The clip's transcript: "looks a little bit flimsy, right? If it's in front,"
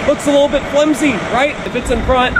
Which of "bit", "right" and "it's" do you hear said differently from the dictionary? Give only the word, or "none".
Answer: none